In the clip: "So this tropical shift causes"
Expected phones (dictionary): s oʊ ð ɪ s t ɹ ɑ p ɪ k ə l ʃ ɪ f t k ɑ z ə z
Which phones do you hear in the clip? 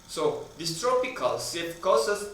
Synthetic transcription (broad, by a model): s oʊ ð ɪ s t ɹ ɑ p ɪ k ə l s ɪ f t k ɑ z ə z